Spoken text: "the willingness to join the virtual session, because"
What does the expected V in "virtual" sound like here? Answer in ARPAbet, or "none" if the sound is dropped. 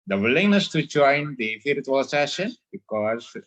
F